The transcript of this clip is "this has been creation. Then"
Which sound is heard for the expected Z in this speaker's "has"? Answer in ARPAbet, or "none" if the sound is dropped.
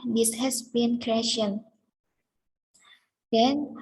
S